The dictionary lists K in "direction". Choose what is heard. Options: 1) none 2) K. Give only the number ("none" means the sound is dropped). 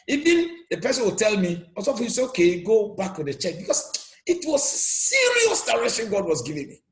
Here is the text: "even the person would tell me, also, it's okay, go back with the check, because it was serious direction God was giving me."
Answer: 1